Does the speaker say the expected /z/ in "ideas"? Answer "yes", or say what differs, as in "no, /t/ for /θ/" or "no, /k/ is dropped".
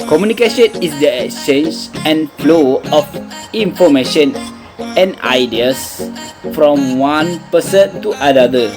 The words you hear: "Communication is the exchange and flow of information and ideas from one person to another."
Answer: no, /s/ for /z/